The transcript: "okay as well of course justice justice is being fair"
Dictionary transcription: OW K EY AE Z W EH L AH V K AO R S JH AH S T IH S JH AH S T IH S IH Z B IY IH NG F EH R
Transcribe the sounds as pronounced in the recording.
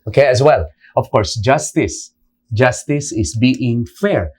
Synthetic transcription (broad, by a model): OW K EY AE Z W EH L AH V K AO R S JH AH S T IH S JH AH S T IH S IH S B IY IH NG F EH R